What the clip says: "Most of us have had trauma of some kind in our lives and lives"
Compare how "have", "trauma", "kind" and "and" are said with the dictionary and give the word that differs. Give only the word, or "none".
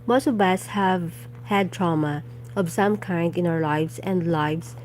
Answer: none